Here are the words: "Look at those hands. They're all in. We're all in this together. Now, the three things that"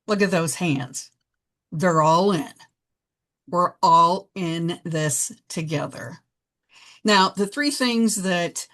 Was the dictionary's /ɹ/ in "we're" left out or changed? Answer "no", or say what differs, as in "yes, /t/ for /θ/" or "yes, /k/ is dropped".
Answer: no